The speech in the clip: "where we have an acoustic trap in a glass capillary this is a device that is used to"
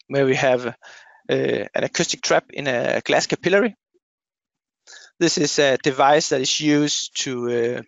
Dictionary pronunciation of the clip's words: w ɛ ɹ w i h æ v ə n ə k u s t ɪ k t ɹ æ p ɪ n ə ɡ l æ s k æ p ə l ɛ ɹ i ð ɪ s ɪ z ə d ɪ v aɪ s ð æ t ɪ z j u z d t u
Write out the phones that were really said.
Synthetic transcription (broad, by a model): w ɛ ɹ w i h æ v ə n ə k u s t ɪ k t ɹ æ p ɪ n ə ɡ l æ s k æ p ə l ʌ ɹ i ð ɪ s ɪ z ə d ɪ v aɪ s ð æ t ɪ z j u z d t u